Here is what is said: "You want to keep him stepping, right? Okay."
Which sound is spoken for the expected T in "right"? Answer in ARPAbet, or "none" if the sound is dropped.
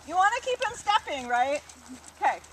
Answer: T